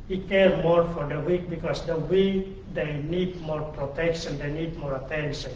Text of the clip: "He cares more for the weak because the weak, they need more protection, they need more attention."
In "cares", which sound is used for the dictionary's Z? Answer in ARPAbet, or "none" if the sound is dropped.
none